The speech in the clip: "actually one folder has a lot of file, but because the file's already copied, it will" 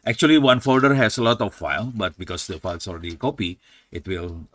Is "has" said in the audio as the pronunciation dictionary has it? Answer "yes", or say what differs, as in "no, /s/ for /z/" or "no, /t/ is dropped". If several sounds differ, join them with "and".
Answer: no, /s/ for /z/